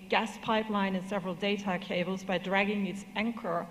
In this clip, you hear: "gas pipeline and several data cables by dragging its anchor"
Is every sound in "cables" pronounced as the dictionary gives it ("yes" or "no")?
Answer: yes